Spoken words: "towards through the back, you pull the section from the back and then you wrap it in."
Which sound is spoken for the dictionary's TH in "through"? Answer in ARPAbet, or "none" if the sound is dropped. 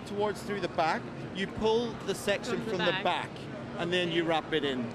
TH